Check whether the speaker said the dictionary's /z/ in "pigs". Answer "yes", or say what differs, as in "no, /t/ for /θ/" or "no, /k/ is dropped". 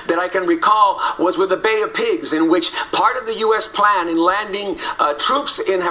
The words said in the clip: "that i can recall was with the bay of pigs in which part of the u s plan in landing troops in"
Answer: yes